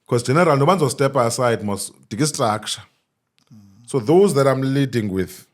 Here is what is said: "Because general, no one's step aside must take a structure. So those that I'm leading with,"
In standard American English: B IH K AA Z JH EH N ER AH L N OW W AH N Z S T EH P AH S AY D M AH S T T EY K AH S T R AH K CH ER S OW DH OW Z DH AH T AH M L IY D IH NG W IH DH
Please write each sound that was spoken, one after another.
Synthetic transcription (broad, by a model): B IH K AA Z JH EH N ER AH L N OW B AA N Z S T EH P AH S AY D M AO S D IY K AH S T R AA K SH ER S OW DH OW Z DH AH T AH M L IY D IH NG W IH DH